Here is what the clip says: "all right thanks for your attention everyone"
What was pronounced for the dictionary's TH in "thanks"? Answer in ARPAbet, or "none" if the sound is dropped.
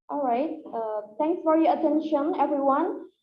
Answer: T